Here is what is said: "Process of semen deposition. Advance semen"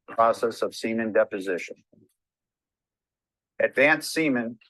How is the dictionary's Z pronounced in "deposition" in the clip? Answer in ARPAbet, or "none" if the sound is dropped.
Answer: Z